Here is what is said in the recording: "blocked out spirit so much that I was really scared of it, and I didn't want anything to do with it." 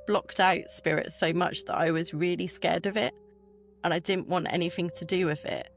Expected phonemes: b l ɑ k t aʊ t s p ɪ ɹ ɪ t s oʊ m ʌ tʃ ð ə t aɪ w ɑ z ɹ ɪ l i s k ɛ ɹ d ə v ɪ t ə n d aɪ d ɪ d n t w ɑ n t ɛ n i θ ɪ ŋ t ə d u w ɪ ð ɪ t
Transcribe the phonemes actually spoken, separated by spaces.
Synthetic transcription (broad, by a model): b l ɑ k t aʊ t s p ɪ ɹ ɪ t s oʊ m ʌ tʃ ð ə t aɪ w ɑ z ɹ ɪ l i s k ɛ d ə v ɪ t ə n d aɪ d ɪ d n t w ɑ n t ɛ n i θ ɪ ŋ t ə d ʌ w ɪ ð ɪ t